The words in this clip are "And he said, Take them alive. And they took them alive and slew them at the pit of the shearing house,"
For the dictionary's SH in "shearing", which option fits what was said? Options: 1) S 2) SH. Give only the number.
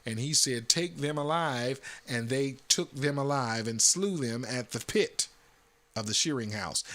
2